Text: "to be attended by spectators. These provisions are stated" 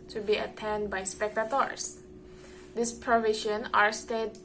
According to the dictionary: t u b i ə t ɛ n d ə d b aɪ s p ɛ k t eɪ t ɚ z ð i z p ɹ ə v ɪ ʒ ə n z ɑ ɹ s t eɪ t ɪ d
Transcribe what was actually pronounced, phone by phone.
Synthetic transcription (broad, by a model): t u b i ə t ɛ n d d b aɪ s p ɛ k t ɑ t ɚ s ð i s p ɹ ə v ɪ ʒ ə n ɑ ɹ s t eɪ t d